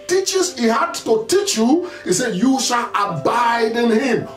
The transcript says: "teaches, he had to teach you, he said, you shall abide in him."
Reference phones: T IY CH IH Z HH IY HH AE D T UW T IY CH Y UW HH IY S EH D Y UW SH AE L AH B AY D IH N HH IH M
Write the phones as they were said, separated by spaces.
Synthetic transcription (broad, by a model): T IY CH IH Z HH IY HH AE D T UW T IY CH Y UW HH IY S EH D Y UW SH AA L AH B AY D IH N HH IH M